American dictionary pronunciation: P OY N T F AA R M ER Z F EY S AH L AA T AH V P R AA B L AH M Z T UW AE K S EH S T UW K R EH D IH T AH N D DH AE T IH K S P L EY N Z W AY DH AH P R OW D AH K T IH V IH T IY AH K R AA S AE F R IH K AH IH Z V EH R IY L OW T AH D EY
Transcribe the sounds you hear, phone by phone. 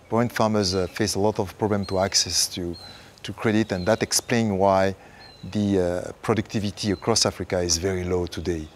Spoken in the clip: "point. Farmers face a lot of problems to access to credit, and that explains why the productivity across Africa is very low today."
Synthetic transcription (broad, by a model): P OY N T F AA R M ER Z F EY S AH L AA T AH V P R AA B L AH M T UW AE K S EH S T UW K R EH D IH T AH N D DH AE T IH K S P L EY N W AY DH AH P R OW D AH K T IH V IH T IY AH K R AA S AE F R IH K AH IH Z V EH R IY L OW T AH D EY